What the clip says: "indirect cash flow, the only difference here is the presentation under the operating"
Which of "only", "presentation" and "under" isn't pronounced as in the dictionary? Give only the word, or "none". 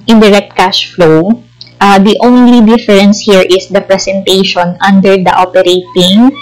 presentation